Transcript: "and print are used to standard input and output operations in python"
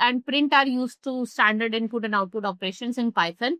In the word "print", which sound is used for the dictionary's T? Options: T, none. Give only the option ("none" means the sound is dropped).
T